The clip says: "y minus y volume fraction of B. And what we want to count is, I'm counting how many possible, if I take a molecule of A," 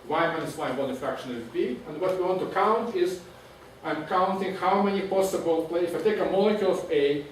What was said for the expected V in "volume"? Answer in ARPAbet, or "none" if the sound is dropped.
B